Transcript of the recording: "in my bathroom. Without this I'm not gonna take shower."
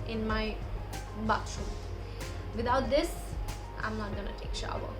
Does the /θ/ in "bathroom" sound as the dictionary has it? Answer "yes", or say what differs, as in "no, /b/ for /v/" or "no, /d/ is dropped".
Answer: no, /t/ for /θ/